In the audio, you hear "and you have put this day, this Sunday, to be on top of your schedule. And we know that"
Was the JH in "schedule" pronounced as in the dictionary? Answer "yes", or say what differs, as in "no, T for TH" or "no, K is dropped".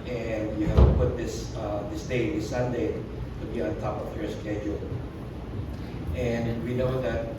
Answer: yes